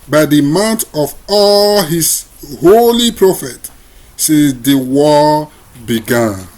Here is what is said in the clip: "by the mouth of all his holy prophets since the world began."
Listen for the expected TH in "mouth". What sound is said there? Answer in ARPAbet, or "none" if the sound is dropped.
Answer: T